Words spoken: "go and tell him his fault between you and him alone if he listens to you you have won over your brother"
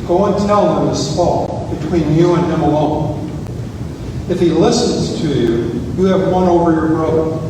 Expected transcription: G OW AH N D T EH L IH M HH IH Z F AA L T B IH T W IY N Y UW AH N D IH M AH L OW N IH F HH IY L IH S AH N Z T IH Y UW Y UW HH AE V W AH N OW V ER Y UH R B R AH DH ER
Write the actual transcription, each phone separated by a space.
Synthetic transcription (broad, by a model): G OW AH N T EH L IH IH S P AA T B IH T W IY N Y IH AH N IH M AH L OW N IH F HH IY L IH S AH N Z T IH Y UW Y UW V W AH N OW V ER Y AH R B R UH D